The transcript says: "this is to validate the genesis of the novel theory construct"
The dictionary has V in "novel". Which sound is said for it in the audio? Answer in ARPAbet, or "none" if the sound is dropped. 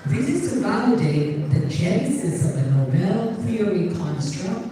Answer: B